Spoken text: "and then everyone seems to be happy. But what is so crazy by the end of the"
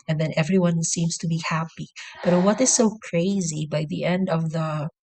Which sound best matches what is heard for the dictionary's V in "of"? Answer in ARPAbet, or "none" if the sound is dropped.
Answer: V